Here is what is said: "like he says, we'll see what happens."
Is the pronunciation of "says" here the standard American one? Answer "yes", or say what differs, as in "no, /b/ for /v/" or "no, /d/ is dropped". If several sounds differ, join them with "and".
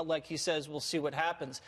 yes